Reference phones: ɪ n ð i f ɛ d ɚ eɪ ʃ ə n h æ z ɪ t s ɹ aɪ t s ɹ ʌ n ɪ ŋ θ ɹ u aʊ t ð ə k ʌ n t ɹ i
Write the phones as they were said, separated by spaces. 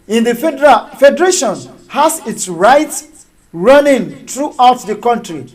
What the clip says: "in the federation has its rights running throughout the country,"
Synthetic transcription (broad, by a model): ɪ n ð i f ɛ d ɚ eɪ ʃ ə n h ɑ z ɪ t s ɹ aɪ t ɹ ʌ n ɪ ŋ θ ɹ u aʊ t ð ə k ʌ n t ɹ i